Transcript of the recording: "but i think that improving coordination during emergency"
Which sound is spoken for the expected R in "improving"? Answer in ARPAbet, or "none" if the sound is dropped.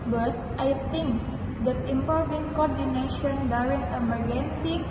none